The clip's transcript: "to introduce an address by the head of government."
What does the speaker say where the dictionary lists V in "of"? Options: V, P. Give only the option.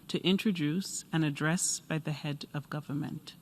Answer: V